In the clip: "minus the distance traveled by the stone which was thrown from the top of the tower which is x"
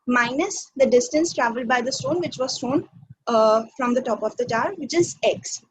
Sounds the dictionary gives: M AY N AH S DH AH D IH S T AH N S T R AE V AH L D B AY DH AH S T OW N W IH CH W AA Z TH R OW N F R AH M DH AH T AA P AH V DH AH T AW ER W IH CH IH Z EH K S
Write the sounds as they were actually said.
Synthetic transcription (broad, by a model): M AY N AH S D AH D IH S T AH N S T R AE V AH L D B AY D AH S T OW N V IH CH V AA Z T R OW N F R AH M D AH T AA P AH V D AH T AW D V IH CH IH Z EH K S